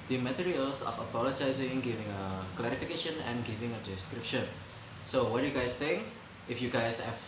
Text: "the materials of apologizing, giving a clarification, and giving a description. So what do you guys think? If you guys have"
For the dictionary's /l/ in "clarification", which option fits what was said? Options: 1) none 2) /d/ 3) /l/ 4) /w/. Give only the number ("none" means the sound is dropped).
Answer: 3